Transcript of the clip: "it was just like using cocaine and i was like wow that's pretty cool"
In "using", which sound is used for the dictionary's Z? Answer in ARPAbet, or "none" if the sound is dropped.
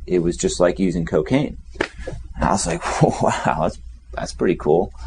Z